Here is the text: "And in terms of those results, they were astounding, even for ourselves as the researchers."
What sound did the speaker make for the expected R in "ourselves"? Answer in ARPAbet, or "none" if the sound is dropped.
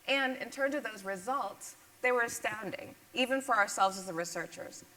R